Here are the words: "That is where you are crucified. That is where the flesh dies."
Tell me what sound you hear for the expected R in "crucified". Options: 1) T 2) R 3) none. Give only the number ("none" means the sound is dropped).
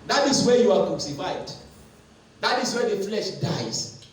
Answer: 3